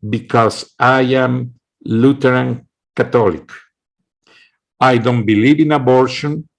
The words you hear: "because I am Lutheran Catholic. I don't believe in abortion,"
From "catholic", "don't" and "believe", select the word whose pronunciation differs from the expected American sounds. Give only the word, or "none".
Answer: catholic